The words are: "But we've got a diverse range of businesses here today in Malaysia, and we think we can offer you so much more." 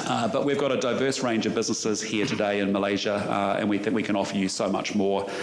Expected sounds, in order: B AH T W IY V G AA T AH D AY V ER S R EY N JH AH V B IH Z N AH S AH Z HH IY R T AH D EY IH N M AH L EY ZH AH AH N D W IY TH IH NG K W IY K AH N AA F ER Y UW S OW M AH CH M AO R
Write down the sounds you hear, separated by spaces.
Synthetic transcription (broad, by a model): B AH T W IY V G AA T AH D AY V ER S R EY N JH AH V B IH Z N AH S AH Z HH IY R T AH D EY IH N M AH L EY ZH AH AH N W IY TH IH NG K W IY K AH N AA F ER Y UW S OW M AH CH M AO R